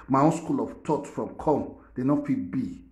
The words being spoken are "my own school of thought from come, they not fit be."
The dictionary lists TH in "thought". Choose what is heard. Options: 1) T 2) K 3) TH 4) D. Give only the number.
1